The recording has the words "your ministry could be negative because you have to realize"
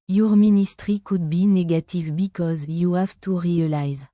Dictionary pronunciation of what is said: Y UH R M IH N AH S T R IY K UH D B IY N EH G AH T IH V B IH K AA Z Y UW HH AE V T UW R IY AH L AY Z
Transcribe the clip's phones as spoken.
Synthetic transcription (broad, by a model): Y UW R M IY N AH S T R IY K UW D B IY N EH G AH T IH V B IH K AA Z Y UW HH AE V T UW R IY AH L AY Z